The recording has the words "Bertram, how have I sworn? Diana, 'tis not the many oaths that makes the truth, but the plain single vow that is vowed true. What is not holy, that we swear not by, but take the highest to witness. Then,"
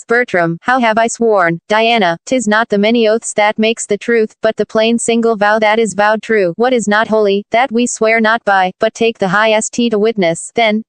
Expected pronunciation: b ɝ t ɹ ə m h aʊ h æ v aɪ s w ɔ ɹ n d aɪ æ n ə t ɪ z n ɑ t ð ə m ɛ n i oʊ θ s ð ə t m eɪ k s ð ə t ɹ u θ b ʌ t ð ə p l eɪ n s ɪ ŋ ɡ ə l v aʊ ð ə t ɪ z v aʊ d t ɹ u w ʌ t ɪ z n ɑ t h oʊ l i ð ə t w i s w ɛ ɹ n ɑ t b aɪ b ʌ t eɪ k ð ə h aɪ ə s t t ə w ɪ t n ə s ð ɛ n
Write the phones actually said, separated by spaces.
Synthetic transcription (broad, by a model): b ɝ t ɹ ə m h aʊ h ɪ v aɪ s w ɔ ɹ n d aɪ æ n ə t ɪ z n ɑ t ð ə m ɛ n i oʊ θ s ð ə t m eɪ k s ð ə t ɹ u θ b ʌ t ð ə p l eɪ n s ɪ ŋ ɡ l v aʊ ð ə t ɪ z v aʊ d t ɹ u w ʌ t ɪ z n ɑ t h oʊ l i ð ə t w i s w ɛ ɹ n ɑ t b aɪ b ʌ t eɪ k ð ə h aɪ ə s t t ə w ɪ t n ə s ð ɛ n